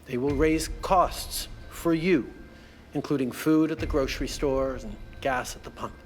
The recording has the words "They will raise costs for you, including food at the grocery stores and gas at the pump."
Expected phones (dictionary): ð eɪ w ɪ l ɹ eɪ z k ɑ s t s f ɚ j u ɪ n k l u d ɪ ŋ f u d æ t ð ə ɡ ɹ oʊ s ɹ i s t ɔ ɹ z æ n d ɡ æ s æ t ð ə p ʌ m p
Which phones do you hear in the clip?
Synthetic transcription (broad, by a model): ð eɪ w ɪ l ɹ eɪ z k ɑ s t s f ɚ j u ɪ n k l u d ɪ ŋ f u d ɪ t ð ə ɡ ɹ oʊ s ɹ i s t ɔ ɹ z n ɡ æ s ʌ t ð ə p ʌ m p